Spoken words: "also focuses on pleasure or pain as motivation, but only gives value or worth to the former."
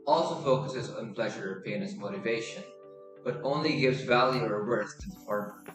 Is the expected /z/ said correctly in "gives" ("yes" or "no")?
yes